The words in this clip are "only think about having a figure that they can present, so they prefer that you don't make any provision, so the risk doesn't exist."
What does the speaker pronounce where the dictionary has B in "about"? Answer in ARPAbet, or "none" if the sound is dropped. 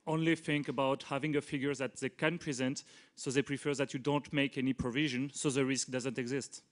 B